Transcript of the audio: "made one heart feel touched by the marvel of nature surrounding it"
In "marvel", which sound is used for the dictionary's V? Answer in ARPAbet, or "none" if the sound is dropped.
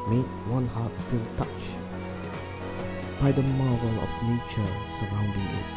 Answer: none